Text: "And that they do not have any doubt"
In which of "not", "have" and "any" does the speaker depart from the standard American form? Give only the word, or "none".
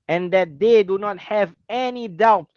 none